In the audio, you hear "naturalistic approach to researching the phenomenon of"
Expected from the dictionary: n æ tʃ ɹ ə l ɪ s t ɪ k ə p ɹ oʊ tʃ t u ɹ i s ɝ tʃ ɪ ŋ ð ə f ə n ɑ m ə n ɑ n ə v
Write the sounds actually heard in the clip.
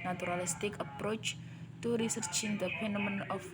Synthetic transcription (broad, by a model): n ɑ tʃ ɹ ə l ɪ s t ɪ k ə p ɹ oʊ tʃ t u ɹ i s ɝ tʃ ɪ ŋ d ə p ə n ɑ m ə n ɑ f